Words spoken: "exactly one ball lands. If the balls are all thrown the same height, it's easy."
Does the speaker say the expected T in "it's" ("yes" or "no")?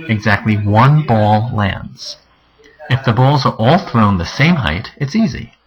yes